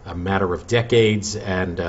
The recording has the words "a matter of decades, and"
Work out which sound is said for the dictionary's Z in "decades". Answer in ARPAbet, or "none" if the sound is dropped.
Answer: Z